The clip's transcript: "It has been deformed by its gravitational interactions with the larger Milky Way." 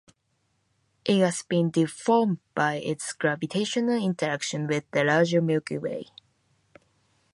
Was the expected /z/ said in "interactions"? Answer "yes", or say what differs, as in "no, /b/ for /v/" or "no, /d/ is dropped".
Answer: no, /z/ is dropped